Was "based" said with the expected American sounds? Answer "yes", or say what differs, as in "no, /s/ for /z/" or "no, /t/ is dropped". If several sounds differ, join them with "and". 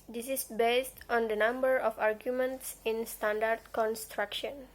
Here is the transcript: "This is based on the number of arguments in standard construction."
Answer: yes